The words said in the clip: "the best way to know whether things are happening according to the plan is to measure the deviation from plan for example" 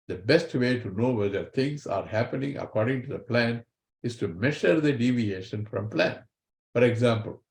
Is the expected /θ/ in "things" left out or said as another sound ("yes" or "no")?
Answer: yes